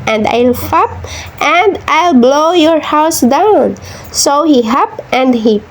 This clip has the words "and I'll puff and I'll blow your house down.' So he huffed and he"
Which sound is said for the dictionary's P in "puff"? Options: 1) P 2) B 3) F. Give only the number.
3